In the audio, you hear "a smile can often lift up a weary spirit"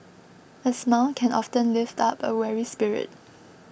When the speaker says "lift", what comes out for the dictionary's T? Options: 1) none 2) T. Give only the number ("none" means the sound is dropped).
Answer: 2